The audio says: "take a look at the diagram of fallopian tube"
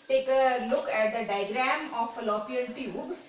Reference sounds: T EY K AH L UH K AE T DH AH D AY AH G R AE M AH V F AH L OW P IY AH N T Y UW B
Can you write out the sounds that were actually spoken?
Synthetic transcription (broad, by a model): T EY K AH L UH K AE T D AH D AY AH G R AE M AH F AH L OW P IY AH L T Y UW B